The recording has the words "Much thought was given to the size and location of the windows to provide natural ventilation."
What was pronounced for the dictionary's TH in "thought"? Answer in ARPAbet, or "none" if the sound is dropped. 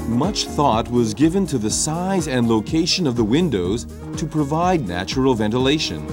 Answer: TH